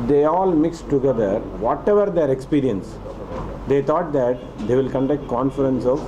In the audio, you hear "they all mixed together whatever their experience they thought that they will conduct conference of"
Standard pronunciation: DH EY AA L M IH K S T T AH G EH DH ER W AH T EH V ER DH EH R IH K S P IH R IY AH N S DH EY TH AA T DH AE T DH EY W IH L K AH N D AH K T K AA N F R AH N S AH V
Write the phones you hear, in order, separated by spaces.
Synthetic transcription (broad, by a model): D EY AA L M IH K S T T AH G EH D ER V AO T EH V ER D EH R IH K S P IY R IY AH N S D EY T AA T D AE T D EY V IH L K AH N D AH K T K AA N F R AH N S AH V